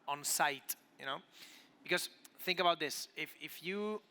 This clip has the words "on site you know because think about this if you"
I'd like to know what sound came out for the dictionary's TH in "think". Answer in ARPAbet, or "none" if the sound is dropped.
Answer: TH